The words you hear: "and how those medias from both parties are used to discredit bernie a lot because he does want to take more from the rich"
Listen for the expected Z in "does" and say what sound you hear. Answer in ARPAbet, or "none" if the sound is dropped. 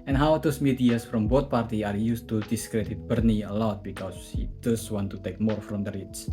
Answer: S